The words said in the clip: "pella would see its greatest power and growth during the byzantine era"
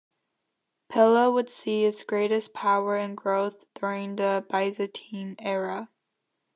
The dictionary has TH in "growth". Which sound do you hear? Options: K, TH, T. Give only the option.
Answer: TH